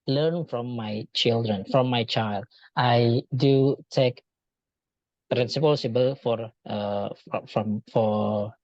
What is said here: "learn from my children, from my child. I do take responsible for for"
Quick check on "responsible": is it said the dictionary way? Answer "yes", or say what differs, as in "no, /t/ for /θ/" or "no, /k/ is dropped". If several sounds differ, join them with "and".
no, /n/ is dropped